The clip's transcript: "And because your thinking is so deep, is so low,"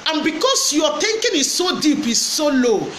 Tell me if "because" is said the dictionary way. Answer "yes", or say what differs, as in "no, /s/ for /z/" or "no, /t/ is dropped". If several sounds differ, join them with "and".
no, /s/ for /z/